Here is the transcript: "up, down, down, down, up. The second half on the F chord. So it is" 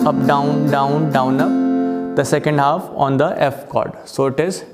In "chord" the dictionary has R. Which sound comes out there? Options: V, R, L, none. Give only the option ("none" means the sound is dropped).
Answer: R